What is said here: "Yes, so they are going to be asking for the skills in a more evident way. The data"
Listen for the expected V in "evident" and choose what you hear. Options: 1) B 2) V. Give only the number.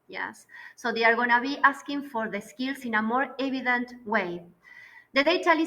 1